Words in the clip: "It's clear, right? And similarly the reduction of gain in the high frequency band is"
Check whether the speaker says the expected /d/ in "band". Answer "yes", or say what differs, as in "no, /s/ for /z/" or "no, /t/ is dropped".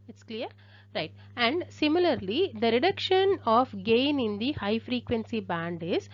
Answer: yes